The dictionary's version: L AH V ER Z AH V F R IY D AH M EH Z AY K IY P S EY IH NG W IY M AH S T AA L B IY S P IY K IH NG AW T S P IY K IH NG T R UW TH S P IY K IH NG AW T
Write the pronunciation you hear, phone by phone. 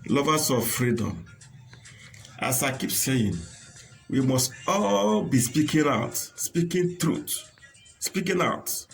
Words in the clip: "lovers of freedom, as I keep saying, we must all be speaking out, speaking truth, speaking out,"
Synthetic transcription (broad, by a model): L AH V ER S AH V F R IY D AH M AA S AY K IY P S EY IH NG W IY M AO S T AA L B IY S P IY K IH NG AW T S P IY K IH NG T R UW T S P IY K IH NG AW T